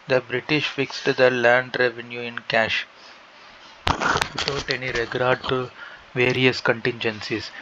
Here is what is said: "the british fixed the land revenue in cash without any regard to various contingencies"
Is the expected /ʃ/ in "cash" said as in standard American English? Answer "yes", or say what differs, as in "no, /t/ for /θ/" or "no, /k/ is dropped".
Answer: yes